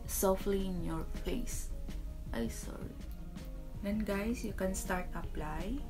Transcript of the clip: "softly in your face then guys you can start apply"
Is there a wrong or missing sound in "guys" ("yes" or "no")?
yes